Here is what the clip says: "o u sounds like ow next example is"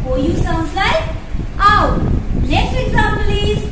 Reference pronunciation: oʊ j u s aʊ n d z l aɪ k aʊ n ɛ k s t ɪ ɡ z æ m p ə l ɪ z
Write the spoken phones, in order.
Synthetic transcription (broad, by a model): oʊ j u s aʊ n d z l aɪ k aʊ l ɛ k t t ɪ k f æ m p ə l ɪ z